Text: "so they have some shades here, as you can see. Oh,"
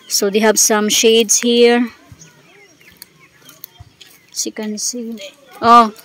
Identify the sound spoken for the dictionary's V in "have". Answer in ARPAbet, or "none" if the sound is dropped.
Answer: B